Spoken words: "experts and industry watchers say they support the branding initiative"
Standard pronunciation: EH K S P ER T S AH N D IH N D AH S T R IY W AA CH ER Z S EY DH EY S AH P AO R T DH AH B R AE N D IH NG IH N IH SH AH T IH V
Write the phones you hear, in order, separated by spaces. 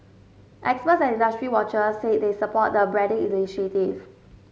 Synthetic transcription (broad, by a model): EH K S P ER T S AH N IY N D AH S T R IY W AA CH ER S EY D EY S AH P AO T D AH B R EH D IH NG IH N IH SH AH T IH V